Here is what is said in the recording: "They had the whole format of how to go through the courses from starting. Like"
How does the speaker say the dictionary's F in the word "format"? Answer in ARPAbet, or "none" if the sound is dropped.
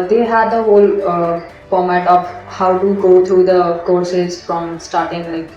P